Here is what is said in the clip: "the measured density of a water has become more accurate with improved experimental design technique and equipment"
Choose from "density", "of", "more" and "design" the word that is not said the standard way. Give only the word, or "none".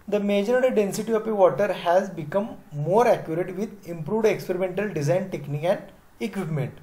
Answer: of